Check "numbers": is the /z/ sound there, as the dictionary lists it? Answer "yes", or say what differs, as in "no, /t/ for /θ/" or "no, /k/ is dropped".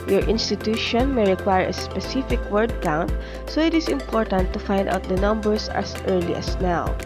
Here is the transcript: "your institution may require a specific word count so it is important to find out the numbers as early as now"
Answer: no, /s/ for /z/